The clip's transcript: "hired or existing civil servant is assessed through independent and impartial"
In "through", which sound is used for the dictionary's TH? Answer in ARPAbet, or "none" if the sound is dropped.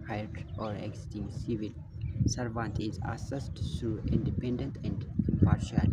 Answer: T